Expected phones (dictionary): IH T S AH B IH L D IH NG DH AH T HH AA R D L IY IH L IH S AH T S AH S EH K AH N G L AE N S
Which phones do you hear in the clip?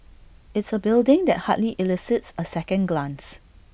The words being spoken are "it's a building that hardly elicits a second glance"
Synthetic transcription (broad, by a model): IH T S AH B IH L D IH NG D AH T HH AA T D L IY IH L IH S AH T S AH S EH K AH N G L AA N S